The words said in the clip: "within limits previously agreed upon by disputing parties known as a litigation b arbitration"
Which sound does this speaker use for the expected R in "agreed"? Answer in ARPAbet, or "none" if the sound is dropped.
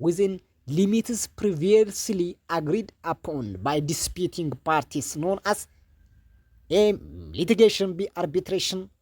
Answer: R